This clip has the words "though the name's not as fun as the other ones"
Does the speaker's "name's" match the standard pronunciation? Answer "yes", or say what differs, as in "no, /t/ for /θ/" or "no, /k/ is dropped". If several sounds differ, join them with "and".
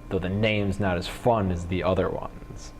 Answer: yes